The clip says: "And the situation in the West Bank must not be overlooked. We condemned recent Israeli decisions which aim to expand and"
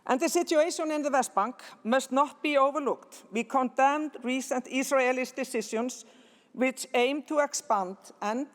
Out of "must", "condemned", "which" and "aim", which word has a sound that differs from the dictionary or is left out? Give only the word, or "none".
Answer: none